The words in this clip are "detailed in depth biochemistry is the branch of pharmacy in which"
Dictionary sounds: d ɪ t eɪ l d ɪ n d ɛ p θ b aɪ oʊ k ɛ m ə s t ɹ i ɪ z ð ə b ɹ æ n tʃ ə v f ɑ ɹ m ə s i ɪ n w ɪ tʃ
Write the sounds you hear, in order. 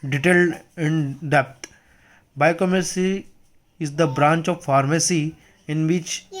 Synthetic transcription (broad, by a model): d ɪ t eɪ l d ɪ n d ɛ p t b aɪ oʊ k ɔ m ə t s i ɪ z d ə b ɹ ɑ n tʃ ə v f ɑ ɹ m ə s i ɪ n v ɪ tʃ